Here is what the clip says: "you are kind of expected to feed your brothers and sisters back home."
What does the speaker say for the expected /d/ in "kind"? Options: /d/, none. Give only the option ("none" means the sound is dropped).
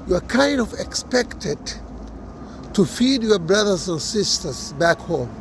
/d/